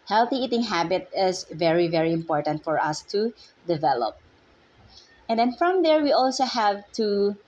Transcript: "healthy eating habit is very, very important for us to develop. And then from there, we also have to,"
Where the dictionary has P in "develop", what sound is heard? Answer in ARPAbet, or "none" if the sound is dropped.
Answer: P